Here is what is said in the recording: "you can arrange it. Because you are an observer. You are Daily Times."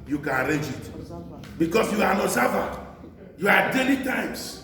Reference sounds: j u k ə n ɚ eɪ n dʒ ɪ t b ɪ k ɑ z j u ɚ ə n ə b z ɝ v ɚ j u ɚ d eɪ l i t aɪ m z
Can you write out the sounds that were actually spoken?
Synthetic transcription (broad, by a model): j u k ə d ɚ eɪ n dʒ ɪ t b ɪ k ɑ s j u ə n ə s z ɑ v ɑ j u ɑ d eɪ l i t aɪ m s